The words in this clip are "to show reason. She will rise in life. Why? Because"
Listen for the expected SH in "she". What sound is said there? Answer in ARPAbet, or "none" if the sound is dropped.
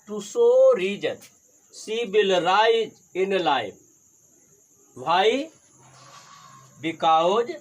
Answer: S